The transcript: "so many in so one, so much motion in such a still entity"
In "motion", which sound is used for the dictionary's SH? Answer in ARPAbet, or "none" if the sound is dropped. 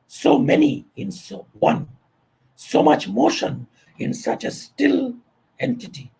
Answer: SH